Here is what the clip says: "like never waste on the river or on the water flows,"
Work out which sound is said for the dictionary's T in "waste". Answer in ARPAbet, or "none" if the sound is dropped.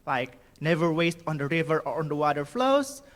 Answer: T